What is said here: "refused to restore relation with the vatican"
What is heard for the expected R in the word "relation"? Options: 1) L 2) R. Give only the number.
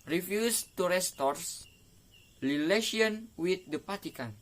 1